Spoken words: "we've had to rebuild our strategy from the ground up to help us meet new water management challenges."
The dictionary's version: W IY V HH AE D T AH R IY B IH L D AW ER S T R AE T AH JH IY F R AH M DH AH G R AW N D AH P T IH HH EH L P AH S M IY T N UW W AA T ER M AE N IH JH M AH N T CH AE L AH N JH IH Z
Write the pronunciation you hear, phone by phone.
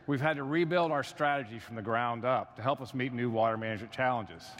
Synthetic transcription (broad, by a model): W IY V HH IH D T AH R IY B IH L D AW ER S T R AE T AH JH IY F R AH M DH AH G R AW N D AH P T IH HH EH L P AH S M IY T N UW W AA T ER M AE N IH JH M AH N CH AE L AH N JH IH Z